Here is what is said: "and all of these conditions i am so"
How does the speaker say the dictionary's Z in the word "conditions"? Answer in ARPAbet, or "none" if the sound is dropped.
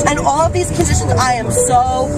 Z